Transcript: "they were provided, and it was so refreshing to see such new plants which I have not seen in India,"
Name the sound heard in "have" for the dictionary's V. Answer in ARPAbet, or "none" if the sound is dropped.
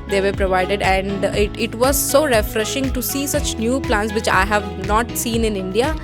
V